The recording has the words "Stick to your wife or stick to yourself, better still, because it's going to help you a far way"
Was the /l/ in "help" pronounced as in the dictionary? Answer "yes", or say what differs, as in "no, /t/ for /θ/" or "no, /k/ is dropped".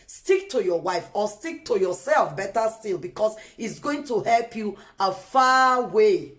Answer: yes